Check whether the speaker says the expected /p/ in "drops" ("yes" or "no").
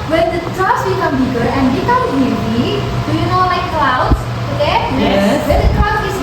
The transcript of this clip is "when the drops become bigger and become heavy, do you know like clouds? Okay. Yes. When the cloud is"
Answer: no